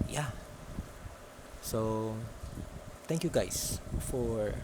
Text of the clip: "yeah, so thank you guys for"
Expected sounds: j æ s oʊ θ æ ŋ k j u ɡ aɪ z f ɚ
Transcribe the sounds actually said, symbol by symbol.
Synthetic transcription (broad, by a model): j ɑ s oʊ t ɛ ŋ k j u ɡ aɪ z f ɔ